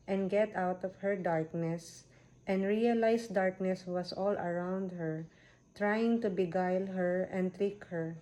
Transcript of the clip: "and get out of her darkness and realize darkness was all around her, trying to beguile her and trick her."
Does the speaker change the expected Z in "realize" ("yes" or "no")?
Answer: yes